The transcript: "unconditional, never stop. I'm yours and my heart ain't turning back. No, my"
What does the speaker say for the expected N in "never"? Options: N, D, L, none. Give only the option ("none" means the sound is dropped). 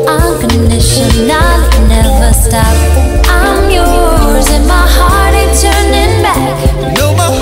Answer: N